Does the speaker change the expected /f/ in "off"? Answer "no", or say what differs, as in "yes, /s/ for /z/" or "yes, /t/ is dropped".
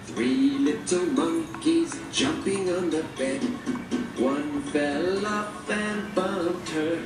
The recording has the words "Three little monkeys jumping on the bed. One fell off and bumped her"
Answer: yes, /p/ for /f/